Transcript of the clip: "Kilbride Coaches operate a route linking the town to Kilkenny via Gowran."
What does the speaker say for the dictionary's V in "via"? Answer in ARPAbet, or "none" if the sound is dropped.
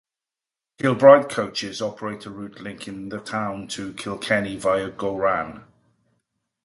V